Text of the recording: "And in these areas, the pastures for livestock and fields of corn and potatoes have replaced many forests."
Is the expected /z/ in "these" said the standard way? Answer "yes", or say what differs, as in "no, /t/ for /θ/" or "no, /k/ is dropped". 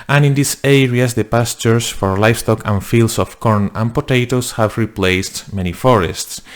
no, /s/ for /z/